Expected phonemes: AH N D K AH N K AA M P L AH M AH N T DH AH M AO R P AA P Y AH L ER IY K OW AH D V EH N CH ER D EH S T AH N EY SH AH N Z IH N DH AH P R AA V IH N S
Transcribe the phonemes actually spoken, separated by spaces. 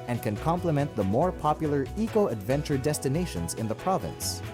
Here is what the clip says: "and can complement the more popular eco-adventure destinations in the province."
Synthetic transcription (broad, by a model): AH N K AH N K AA M P L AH M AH N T DH AH M AO R P AA P Y L ER IY K OW AH D V EH N CH ER D EH S T AH N EY SH AH N Z IH N DH AH P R AA V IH N S